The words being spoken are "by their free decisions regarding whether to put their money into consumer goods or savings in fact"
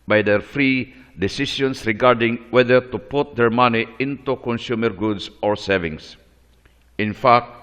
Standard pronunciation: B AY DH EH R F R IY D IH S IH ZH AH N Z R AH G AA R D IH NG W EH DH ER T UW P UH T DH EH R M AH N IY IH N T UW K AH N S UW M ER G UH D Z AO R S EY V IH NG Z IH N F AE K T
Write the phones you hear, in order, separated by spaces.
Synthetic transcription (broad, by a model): B AY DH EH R F R IY D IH S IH SH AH N S R AH G AA R D IH NG W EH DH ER T UW P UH T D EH R M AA N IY IH N T UW K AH N S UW M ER G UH D S AO R S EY V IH NG S IH N F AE K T